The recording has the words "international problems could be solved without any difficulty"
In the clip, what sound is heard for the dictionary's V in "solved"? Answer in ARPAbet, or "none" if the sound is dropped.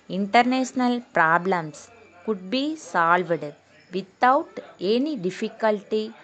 V